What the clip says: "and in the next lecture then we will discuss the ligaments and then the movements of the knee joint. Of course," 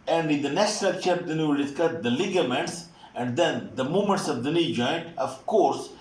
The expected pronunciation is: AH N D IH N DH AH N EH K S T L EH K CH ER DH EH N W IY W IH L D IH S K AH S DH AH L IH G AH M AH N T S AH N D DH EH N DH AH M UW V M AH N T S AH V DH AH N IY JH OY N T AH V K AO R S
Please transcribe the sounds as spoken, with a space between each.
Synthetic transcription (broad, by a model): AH N D IH N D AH N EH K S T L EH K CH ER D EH N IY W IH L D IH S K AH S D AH L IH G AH M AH N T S AH N D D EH N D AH M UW M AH N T S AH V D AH N IY JH OY N T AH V K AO R S